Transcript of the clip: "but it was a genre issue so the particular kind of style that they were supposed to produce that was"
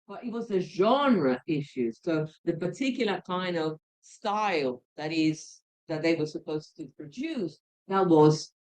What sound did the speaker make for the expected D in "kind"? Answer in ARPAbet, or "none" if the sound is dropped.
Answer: D